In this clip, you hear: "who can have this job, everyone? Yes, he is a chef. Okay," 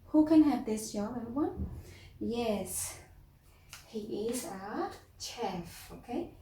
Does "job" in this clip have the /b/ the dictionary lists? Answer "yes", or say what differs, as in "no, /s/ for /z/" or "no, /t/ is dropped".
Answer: no, /b/ is dropped